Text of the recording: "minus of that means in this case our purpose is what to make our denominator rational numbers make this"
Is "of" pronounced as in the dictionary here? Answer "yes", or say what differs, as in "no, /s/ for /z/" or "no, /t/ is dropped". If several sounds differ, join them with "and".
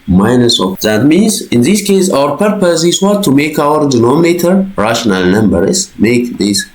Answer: no, /f/ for /v/